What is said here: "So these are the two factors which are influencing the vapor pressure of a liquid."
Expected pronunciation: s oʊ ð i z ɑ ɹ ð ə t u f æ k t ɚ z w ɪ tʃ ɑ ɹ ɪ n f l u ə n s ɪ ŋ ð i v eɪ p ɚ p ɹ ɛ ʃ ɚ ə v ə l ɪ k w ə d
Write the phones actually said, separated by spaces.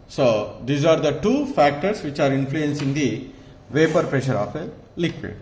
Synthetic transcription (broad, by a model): s oʊ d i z ɑ ɹ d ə t u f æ k t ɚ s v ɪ tʃ ɑ ɹ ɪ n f l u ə n s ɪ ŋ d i v eɪ p ɚ p ɹ ɛ ʃ ɚ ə f ə l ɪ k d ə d